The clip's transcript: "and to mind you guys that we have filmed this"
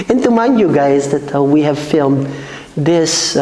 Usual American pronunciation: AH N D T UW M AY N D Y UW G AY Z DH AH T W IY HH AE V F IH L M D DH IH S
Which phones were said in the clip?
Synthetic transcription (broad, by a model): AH N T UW M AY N Y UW G AY Z DH AH T W IY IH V F IH L M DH IH S